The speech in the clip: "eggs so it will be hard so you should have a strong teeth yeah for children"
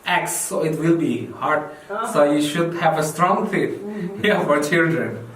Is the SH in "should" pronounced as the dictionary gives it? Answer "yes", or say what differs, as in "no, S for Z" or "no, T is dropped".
yes